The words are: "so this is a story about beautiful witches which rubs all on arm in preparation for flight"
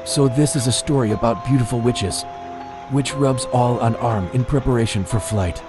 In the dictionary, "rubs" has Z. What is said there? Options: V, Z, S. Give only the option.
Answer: Z